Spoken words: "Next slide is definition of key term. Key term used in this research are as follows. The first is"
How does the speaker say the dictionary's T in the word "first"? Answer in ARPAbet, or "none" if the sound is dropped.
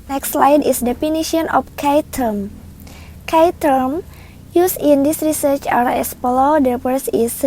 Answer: none